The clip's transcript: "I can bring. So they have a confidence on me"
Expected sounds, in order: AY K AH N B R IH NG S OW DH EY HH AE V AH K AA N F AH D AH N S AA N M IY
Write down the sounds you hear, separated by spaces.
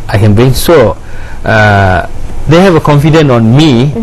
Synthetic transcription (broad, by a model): AY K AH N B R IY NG S OW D EY HH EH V AH K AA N F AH D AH N AA N M IY